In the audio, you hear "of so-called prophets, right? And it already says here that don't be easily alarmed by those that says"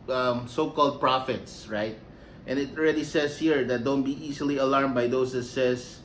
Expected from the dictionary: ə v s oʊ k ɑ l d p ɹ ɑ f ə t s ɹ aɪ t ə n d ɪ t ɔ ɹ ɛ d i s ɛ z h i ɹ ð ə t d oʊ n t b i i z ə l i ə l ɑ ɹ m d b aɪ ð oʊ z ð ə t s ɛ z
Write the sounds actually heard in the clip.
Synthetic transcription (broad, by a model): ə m s oʊ k ɑ l d p ɹ ɑ f ə t s ɹ aɪ t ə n ɪ t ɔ ɹ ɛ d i s ɛ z h i ɹ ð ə t d oʊ n t b i i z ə l i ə l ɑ ɹ m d b aɪ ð oʊ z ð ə t s ɛ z